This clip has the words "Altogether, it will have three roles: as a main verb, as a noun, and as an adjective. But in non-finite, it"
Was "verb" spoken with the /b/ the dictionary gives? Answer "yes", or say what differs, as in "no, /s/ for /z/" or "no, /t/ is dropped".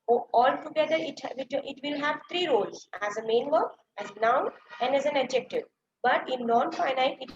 no, /b/ is dropped